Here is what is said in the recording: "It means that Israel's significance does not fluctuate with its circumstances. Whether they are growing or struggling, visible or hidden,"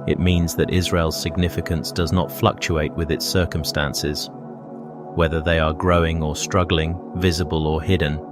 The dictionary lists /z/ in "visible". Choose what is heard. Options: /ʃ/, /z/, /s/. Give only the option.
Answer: /z/